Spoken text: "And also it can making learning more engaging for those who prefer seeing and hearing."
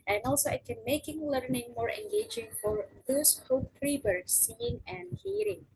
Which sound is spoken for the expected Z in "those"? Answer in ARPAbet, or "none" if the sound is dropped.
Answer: S